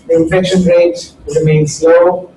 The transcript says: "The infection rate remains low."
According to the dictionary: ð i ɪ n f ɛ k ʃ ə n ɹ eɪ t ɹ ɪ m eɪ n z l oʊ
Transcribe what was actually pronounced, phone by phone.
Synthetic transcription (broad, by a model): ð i ɪ n f ɛ k ʃ ə n ɹ eɪ t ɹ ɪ m eɪ n s l oʊ